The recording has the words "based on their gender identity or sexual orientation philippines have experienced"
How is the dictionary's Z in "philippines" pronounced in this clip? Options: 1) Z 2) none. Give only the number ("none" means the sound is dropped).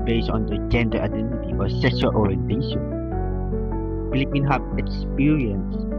2